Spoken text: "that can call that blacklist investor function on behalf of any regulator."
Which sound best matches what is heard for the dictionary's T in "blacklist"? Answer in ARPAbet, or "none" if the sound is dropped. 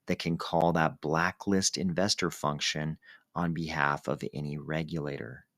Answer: T